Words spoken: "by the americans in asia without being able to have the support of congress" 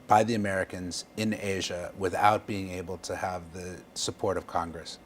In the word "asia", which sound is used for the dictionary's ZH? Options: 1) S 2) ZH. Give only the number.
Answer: 2